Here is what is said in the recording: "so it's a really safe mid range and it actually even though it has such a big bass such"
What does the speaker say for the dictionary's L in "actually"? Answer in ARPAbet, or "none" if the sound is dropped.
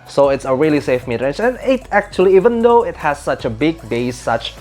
L